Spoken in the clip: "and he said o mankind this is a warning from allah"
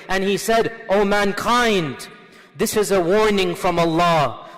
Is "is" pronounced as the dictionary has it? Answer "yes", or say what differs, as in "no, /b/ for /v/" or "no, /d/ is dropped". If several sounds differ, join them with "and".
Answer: yes